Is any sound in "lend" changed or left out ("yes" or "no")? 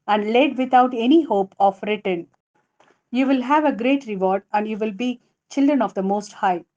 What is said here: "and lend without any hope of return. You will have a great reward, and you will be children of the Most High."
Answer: yes